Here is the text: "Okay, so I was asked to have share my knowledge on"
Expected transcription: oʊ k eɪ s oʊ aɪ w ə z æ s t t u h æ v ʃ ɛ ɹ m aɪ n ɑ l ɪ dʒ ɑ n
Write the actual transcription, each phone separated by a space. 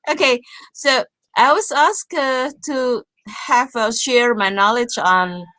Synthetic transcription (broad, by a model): oʊ k eɪ s oʊ aɪ w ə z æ s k t u h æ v ʃ ɛ ɹ m aɪ n ɑ l ɪ dʒ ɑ n